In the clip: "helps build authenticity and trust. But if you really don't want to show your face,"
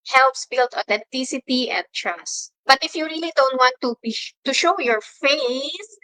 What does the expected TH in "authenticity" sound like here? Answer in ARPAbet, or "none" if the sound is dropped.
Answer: T